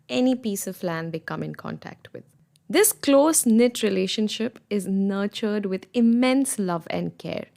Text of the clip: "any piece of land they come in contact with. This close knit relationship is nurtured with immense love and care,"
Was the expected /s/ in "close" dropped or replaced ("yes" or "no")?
no